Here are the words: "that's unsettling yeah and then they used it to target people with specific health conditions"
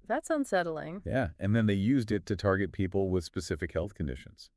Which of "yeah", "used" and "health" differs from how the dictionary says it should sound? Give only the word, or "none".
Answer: none